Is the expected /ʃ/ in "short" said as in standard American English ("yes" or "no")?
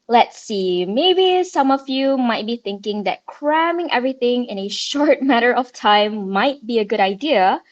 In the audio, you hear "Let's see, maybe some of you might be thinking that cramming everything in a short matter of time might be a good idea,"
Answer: yes